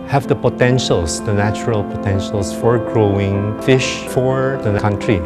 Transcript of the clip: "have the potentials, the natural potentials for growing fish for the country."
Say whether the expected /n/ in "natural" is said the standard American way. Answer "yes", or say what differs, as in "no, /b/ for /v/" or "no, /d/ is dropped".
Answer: yes